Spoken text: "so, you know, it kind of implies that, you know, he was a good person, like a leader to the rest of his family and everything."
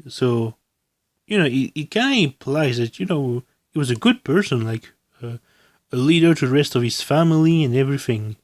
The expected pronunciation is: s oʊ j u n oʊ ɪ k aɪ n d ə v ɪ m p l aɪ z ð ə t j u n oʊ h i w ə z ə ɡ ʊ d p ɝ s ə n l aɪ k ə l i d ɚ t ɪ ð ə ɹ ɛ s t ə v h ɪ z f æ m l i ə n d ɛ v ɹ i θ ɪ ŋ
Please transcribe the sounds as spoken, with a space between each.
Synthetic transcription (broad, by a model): s oʊ j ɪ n oʊ ɪ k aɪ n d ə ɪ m p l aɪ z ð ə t j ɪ n oʊ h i w ə z ə ɡ ʊ d p ɝ s ə n l aɪ k ə l i d ɚ t ɪ ð ə ɹ ɛ s t ə v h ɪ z f æ m l i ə n ɛ v ɹ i θ ɪ ŋ